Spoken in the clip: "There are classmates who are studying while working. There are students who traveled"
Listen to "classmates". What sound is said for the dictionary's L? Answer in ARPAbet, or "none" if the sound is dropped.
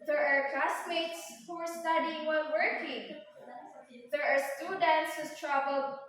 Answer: none